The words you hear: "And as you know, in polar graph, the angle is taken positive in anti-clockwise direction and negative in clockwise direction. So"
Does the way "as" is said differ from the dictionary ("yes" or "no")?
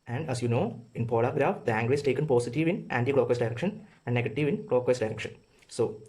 yes